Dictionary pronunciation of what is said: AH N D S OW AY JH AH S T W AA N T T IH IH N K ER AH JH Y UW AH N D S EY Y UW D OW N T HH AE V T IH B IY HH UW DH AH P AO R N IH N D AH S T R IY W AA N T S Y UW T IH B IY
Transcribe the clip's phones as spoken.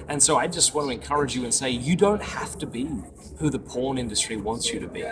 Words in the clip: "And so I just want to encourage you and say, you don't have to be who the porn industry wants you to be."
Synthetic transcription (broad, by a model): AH N S OW AY JH AH S T W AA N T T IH IH N K ER AH JH Y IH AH N S EY Y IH D OW N T HH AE F T IH B IY HH UW DH AH P AO R N IH N D AH S T R IY W AA N T S Y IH T IH B IY